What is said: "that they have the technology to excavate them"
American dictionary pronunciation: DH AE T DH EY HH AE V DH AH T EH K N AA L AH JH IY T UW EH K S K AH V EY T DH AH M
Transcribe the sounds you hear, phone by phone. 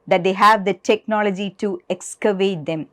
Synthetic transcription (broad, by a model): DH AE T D EY HH AE V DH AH T EH K N AA L AH JH IY T UW EH K S K AH V EY T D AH M